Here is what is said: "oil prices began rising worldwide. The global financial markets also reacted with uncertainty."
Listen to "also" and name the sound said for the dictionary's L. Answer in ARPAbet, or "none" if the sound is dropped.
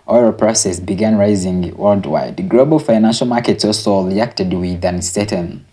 none